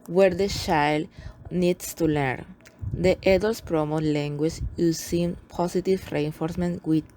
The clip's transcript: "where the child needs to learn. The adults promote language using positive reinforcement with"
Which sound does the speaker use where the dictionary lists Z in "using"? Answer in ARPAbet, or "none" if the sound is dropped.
S